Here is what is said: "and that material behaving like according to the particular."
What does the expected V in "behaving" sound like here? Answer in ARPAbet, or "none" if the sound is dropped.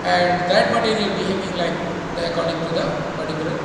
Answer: none